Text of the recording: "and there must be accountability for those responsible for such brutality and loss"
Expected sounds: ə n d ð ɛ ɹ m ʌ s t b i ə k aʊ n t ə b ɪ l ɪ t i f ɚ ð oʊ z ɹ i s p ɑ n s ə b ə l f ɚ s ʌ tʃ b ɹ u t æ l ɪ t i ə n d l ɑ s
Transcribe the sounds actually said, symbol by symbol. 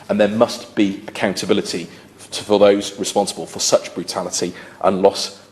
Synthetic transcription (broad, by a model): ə n ð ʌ m ʌ s t b i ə k aʊ n t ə b ɪ l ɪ t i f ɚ ð oʊ z ɹ i s p ɑ n s ə b ə l f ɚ s ʌ tʃ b ɹ u t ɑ l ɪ t i ə n l ɑ s